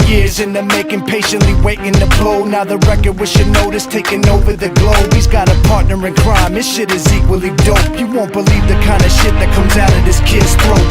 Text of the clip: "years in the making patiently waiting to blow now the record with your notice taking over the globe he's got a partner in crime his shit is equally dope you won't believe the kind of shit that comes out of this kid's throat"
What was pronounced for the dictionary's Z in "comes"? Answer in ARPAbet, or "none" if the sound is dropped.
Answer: Z